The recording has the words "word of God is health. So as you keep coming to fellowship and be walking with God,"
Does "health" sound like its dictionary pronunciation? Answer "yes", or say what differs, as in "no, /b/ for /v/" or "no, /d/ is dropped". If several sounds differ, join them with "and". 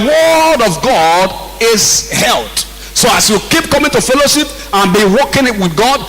no, /t/ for /θ/